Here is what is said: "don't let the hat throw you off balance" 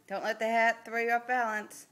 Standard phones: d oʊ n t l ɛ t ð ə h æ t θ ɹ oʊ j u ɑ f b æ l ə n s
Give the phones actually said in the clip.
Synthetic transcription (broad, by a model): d oʊ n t l ɛ t ð ə h æ t θ ɹ oʊ j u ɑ p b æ l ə n s